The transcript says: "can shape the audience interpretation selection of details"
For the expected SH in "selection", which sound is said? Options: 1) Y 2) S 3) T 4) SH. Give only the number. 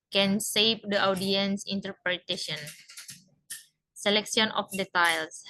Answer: 2